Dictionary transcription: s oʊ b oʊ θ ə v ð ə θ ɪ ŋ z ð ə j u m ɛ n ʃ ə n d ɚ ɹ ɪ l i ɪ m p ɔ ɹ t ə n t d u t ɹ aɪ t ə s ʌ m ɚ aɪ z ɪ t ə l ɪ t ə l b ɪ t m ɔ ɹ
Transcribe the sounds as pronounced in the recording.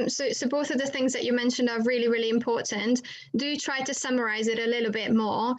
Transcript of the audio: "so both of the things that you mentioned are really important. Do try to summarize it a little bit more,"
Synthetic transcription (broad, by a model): s oʊ b oʊ θ ə v ð ə θ ɪ ŋ z ð ə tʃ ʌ m ɛ n ʃ ə n d ɚ ɹ ɪ l i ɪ m p ɔ t n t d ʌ t ɹ aɪ t ə s ʌ m ɚ aɪ z ɪ t ə l ɪ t l b ɪ t m ɔ